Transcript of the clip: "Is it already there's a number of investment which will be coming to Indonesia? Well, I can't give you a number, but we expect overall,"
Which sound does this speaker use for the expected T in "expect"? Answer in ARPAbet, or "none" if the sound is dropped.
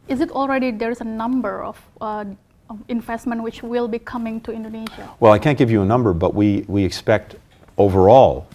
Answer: T